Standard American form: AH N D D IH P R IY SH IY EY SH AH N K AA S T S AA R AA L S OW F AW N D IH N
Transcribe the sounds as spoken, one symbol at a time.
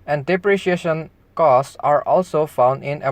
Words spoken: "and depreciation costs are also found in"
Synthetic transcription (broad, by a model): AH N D D IH P R IY SH IY EY SH AH N K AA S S AA R AA L S OW F AW N D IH N